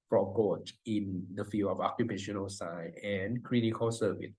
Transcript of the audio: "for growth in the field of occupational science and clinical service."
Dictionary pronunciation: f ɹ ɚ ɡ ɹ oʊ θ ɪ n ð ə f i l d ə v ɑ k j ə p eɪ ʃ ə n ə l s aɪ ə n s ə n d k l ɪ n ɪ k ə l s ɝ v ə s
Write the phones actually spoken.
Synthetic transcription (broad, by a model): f ɹ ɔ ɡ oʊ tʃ ɪ n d ə f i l ə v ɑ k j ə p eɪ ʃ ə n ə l s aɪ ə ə n k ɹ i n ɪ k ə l s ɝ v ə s